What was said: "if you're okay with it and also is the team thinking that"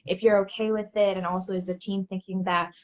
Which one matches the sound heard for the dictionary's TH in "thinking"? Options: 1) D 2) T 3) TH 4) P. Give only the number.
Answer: 3